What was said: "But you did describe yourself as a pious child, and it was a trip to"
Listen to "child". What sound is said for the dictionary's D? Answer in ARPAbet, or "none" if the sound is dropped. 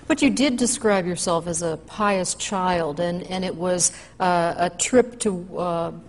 D